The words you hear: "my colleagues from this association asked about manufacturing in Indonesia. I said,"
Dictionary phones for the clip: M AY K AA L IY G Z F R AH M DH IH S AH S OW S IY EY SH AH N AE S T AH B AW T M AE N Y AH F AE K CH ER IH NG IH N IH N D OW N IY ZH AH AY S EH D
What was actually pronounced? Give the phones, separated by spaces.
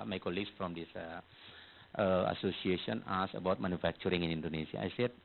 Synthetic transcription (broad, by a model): M AY K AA L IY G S F R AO M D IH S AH S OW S IY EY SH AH N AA S AH B AW T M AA N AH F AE K CH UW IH NG IH N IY N D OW N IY S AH AY S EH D